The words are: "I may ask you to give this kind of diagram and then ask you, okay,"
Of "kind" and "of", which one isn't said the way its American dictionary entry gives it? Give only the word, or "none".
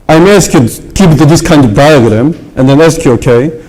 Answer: none